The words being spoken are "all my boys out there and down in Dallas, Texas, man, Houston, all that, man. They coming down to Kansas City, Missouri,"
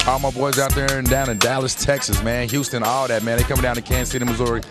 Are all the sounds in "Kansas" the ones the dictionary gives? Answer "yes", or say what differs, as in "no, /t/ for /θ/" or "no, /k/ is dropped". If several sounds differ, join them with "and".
no, /s/ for /z/